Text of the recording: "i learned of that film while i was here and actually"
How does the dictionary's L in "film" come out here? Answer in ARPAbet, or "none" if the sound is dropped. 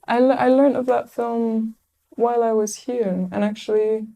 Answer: L